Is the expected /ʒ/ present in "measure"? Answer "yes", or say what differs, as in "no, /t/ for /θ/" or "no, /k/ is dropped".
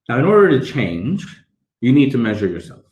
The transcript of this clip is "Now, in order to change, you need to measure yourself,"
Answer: yes